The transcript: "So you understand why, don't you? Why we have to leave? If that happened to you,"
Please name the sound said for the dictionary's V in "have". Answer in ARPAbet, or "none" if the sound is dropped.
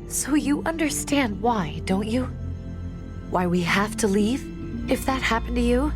F